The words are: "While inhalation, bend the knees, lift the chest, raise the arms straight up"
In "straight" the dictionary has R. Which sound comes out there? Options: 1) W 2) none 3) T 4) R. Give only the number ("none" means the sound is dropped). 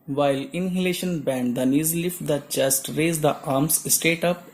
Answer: 2